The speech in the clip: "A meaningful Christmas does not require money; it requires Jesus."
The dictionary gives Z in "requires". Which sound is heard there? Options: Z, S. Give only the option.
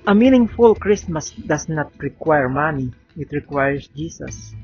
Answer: S